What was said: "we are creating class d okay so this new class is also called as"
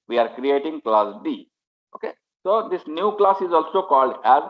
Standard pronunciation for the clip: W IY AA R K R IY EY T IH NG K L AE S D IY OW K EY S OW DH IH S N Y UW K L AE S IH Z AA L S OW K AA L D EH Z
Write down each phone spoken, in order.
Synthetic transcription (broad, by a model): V IY AA R K R IY EY T IH NG K L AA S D IY OW K EY S OW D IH S N Y UW K L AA S IH Z AA L S OW K AA L D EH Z